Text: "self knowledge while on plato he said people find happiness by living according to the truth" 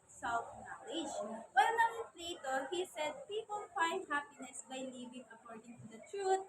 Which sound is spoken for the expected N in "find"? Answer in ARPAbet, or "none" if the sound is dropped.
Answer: N